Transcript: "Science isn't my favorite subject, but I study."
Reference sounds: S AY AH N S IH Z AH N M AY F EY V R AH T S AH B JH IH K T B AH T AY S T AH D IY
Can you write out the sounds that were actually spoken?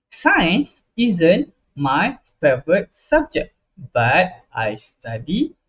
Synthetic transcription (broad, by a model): S AY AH N S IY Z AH N M AY F EY V R AH T S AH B JH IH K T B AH T AY S T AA D IY